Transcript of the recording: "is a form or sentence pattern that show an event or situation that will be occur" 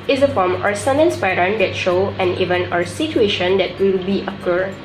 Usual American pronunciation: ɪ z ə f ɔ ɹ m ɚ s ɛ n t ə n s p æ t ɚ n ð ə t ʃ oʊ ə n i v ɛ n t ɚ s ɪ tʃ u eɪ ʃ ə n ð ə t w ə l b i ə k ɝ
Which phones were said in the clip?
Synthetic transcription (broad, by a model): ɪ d ə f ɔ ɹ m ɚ s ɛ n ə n s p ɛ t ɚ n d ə t ʃ oʊ ə n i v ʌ n ɚ s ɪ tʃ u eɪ ʃ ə n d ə t w ə l b i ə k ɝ